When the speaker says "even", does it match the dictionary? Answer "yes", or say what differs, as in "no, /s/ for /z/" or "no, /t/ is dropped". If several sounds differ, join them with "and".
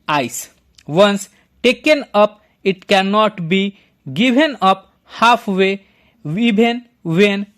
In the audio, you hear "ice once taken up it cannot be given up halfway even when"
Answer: no, /b/ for /v/